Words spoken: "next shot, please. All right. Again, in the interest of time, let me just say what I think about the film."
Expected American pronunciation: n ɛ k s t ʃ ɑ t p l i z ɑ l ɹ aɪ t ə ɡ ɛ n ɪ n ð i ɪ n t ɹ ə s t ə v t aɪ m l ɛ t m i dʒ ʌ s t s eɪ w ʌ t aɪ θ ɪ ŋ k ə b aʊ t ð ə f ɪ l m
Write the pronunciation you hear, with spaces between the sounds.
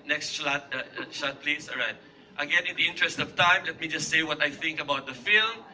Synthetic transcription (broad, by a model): n ɛ k s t ʃ ɑ t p l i s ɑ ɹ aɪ t ə ɡ ɛ n ɪ n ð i ɪ n t ɹ ə s t ə v t aɪ m l ɛ t m i dʒ ʌ s t s eɪ w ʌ t aɪ θ ɪ ŋ k ə b aʊ t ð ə f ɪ l m